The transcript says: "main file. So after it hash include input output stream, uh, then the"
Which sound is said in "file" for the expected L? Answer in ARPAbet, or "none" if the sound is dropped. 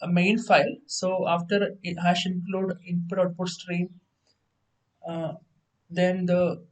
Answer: L